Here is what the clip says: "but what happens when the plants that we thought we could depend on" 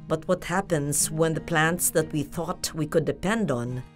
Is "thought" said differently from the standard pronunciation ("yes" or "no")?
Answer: no